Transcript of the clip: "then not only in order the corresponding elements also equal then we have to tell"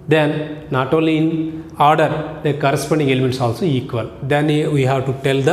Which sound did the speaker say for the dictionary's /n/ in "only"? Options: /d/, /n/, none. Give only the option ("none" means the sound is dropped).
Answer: none